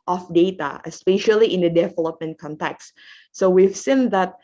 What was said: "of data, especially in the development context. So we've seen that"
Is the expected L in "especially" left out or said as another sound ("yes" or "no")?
no